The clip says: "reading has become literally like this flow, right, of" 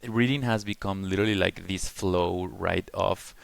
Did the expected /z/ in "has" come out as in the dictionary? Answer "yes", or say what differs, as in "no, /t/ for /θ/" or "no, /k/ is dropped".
yes